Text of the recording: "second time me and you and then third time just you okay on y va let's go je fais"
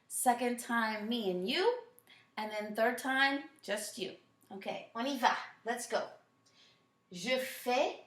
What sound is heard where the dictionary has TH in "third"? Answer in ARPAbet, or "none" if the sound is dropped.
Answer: TH